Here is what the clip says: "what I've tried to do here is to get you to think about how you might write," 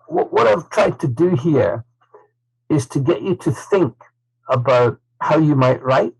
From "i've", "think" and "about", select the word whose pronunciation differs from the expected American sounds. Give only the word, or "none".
none